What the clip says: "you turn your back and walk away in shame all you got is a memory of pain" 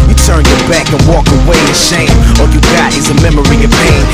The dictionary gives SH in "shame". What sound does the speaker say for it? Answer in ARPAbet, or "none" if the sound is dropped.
SH